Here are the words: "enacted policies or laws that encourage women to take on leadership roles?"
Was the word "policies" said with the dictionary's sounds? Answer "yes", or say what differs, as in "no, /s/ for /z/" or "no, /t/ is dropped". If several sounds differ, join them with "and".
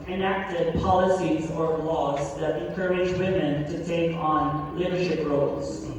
yes